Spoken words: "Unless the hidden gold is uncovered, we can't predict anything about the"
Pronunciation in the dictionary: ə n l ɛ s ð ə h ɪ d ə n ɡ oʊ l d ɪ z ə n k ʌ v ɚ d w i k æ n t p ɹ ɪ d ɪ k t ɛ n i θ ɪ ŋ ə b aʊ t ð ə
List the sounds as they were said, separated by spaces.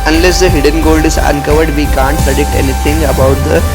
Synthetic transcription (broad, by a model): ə n l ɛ s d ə h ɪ d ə n ɡ oʊ l d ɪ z ə n k ʌ v ɚ d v i k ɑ n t p ɹ ɪ d ɪ k t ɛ n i t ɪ ŋ ə b aʊ t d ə